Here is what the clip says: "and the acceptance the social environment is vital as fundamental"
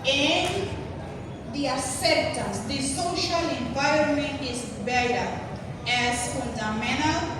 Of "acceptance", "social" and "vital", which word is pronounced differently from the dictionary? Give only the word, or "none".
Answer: vital